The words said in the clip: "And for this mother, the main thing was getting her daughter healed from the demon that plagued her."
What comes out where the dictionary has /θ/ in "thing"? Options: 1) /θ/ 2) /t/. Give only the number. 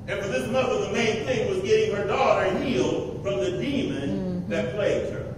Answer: 1